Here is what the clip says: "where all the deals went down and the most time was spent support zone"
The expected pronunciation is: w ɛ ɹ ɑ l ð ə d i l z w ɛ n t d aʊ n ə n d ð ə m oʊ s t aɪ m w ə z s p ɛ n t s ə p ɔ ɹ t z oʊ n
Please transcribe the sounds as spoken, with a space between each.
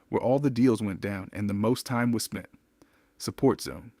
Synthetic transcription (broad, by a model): w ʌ ɹ ɑ l ð ə d i l z w ɛ n d aʊ n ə n ð ə m oʊ s t aɪ m w ə z s p ɛ n t s ə p ɔ ɹ t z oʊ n